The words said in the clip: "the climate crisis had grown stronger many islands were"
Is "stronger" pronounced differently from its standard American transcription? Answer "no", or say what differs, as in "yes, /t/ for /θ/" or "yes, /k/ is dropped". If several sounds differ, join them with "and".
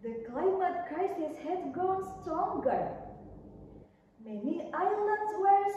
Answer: yes, /ɹ/ is dropped